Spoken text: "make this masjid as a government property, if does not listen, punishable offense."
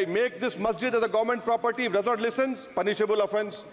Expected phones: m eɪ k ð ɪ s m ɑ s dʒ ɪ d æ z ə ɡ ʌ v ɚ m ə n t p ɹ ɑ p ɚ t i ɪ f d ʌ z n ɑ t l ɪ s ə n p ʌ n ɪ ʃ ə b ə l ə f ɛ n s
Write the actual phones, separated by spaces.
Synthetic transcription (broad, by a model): m eɪ k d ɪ s m ɑ s dʒ ɪ d æ z ə ɡ ʌ v ɚ m ə n t p ɹ ɑ p ɚ t i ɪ d ʌ z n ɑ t l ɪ s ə n p ʌ n ɪ ʃ ə b ə l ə f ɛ n s